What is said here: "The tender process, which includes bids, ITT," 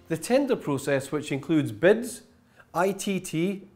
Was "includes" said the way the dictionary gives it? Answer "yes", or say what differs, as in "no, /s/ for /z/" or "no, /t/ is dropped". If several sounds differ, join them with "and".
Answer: yes